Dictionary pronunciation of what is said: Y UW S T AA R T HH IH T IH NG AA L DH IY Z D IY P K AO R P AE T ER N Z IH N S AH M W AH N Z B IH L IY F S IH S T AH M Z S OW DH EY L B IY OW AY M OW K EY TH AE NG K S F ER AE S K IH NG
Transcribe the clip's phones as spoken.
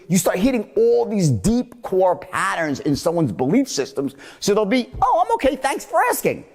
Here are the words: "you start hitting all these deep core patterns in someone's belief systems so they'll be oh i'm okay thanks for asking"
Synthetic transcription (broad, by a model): Y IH S T AA R T HH IH T IH NG AA L DH IY Z D IY P K AO R P AE T ER N Z IH N S AH M W AH N Z B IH L IY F S IH S T AH M Z S OW DH EY L B IY OW AY M OW K EY TH AE NG K S F ER AE S K IH NG